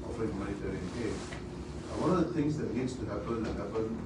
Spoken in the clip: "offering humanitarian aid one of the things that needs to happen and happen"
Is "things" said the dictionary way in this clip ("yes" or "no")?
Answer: no